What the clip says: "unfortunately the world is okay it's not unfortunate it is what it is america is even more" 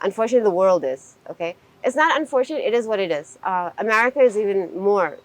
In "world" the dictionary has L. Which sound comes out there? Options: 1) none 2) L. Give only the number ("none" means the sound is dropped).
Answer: 2